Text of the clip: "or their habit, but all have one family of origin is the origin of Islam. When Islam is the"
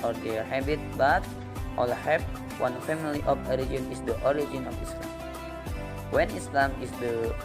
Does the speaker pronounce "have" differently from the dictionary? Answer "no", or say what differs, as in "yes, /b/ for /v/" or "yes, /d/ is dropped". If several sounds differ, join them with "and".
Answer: yes, /p/ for /v/